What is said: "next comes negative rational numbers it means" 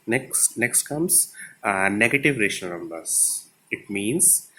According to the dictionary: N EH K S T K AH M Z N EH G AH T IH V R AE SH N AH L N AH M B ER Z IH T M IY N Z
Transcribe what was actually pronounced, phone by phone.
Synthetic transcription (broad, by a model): N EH K S T K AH M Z N EH G AH T IH V R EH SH AH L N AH M B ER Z IH T M IY N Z